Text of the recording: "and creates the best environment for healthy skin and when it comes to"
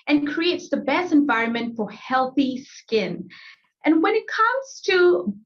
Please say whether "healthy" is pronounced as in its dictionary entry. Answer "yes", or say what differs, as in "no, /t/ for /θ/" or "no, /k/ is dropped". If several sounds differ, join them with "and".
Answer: yes